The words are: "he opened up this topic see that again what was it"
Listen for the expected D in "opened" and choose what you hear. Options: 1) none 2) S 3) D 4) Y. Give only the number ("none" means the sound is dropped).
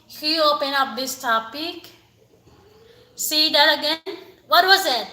1